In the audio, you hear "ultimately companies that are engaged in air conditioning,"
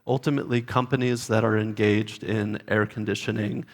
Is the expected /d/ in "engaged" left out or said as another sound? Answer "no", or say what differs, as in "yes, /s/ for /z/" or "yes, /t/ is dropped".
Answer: no